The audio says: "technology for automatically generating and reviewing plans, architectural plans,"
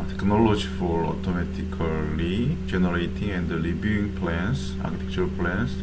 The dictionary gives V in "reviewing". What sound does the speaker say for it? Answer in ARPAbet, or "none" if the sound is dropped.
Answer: B